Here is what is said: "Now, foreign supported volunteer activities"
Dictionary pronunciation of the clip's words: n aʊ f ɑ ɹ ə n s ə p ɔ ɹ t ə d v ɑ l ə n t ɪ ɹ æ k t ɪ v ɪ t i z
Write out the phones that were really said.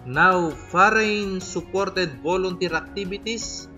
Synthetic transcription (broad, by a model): n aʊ f ɑ ɹ ə n s ə p ɔ ɹ t ə d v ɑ l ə n t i ɹ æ k t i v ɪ t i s